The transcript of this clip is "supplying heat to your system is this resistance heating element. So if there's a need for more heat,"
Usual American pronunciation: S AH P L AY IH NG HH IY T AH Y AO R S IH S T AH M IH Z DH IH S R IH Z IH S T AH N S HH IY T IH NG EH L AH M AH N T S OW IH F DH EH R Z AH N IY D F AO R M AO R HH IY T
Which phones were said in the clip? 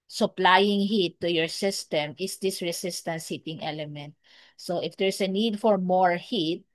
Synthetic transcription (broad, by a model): S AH P L AY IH NG HH IY T AH Y AO R S IH S T AH M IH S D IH S R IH S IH S T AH N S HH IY T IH NG EH L AH M AH N T S OW IH F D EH R S AH N IY D F AO R M AO R HH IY T